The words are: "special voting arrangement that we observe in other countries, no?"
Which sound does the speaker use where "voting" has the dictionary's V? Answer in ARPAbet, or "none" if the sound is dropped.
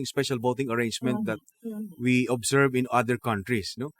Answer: B